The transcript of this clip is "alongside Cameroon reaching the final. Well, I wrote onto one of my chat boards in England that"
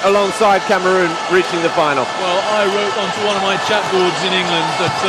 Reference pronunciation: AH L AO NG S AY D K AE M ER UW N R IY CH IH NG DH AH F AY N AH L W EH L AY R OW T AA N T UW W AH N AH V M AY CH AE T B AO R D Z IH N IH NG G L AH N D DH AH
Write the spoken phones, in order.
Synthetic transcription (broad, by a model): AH L AO NG S AY D K AE M ER UW N R IY CH IH NG DH AH F AY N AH L W EH L AY R OW T AA N T UW W AH N AH V M AY CH AE T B AO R D Z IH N IH NG G L AH N D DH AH